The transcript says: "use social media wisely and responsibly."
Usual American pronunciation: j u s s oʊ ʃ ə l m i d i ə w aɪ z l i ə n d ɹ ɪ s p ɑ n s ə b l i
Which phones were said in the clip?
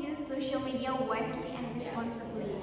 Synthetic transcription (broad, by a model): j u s s oʊ ʃ ə l m i d i ə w aɪ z l i ə n d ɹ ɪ s p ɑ n s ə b l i